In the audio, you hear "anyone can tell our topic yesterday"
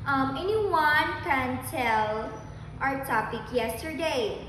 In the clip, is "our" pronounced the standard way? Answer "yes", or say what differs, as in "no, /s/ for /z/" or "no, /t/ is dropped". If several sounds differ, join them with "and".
yes